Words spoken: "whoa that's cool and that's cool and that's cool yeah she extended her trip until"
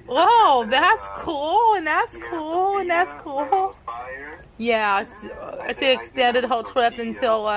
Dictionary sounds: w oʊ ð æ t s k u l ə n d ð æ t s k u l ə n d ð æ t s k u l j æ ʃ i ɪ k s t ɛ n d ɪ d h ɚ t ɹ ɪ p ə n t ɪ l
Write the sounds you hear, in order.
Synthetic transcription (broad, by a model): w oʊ ð æ t s k u l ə n ð æ t s k u l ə n ð æ t s k u l j æ s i ɪ k s t ɛ n d ɪ d h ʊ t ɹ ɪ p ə n t ɪ l